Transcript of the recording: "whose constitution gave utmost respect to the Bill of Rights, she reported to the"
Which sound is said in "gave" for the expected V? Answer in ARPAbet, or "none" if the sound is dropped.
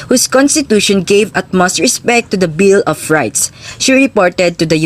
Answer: V